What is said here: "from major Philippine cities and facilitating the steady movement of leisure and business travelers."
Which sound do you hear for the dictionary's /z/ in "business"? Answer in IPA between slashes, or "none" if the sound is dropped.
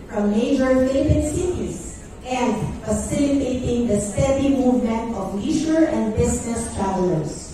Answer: /s/